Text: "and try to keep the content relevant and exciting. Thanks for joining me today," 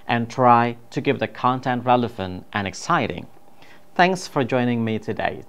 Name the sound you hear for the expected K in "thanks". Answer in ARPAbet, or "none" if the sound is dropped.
K